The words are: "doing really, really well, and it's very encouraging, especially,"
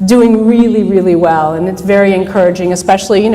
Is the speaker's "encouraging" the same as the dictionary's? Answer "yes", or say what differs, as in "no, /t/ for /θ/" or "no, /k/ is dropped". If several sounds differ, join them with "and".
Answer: yes